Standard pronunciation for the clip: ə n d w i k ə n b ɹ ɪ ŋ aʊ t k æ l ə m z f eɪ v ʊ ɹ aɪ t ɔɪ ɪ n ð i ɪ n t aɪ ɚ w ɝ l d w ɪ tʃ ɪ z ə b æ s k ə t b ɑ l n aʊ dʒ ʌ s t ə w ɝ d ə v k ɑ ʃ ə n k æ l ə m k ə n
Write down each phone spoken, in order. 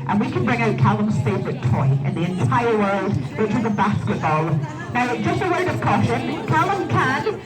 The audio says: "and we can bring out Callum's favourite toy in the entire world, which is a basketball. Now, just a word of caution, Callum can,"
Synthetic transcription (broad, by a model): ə n w i k ə n b ɹ ɪ ŋ aʊ t k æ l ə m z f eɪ ɪ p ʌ t ɔɪ ɪ n ð i ɪ n t aɪ ɚ w ɝ l d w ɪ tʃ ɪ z ə b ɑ s k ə t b ɑ l n aʊ dʒ ʌ s t ə w ɝ d ə v k ɑ ʃ ə n k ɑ l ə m k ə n